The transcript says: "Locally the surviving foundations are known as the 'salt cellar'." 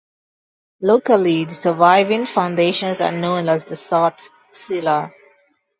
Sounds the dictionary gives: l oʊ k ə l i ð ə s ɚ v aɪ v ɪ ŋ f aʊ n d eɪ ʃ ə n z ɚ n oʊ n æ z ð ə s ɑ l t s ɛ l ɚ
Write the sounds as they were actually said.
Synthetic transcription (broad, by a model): l oʊ k ə l i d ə s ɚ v aɪ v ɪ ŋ f aʊ n d eɪ ʃ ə n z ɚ n oʊ n æ z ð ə s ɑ t s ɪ l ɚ